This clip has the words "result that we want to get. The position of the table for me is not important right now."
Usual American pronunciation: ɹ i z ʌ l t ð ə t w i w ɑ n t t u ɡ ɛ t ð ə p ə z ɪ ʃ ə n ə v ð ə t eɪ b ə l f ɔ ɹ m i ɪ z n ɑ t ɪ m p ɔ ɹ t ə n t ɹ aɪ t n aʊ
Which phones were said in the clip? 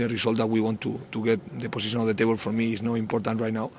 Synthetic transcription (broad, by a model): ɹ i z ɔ l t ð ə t w i w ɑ n t t u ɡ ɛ t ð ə p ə s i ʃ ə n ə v ð ə t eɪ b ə l f ɔ ɹ m i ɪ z n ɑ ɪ m p ɔ ɹ t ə n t ɹ aɪ t n aʊ